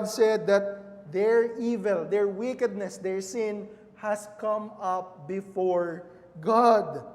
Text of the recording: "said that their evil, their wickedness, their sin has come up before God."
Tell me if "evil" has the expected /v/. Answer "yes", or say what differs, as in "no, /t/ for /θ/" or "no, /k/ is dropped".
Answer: yes